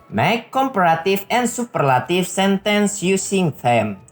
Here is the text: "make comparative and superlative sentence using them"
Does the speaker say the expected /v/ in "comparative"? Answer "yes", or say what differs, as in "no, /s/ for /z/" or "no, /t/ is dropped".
no, /f/ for /v/